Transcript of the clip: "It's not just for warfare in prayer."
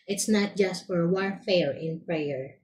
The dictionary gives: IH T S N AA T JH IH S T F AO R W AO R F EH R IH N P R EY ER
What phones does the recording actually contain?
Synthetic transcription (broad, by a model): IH T S N AA T JH IH S T F AO R W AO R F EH R IH N P R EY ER